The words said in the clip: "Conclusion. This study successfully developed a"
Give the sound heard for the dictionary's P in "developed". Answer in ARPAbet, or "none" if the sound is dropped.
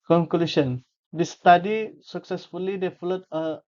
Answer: none